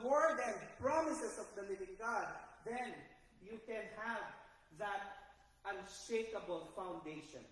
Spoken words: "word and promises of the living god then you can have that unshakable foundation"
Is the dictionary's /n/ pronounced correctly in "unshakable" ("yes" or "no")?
yes